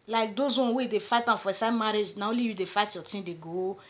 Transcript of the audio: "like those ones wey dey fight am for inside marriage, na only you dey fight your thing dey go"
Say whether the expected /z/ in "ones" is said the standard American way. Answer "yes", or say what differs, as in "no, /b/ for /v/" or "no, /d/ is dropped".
no, /z/ is dropped